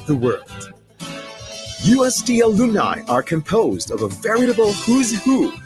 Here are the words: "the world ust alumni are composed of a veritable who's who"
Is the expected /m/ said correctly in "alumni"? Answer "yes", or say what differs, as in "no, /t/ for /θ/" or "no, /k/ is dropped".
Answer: no, /m/ is dropped